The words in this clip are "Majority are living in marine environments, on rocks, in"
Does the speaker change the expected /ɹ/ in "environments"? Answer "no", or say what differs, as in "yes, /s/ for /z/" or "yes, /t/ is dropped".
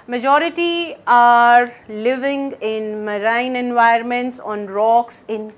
yes, /ɹ/ is dropped